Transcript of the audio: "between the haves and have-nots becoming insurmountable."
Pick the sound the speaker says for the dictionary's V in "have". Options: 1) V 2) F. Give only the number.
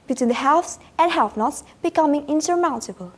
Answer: 2